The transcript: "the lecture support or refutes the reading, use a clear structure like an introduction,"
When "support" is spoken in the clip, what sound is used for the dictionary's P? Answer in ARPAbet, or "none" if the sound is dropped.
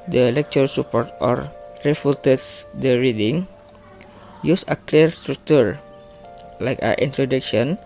P